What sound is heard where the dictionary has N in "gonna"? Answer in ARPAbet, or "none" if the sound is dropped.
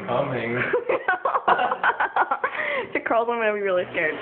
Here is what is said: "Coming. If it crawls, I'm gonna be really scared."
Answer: none